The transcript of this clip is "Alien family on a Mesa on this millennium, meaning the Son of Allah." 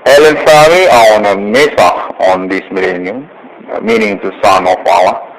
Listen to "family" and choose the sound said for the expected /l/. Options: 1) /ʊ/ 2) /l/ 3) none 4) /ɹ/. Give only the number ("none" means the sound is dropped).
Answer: 3